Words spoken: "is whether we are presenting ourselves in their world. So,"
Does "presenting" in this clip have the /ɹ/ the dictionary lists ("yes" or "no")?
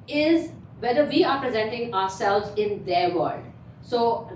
yes